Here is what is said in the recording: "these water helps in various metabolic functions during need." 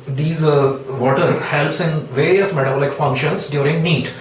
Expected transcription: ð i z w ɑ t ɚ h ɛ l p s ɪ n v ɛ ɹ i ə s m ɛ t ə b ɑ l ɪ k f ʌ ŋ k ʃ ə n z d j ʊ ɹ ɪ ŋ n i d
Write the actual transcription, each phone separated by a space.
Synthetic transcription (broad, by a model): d i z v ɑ t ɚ h ɛ l p s ɪ n v ɛ ɹ i ə s m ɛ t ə ɑ l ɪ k f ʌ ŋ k ʃ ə n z d j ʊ ɹ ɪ ŋ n i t